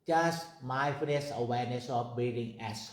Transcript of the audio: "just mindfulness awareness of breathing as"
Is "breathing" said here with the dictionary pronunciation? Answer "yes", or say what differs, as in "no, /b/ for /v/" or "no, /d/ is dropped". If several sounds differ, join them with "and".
no, /ɹ/ is dropped